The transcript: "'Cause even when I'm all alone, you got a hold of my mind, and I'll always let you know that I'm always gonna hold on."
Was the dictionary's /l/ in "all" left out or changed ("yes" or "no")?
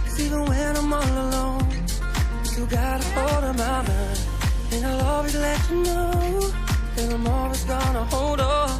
yes